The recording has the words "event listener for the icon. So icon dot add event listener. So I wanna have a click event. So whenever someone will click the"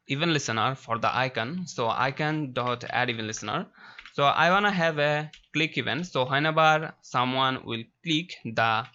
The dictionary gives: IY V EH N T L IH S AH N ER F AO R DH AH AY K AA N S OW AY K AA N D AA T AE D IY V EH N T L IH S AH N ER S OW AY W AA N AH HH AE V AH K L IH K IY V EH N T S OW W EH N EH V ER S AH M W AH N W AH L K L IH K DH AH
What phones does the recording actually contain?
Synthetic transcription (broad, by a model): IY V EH N L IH S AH N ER F AO R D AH AY K AA N S OW AY K AA N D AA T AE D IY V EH N L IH S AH N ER S OW AY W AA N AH HH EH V AH K L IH K IY V EH N T S OW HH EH N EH B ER S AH M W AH N W AH L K L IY K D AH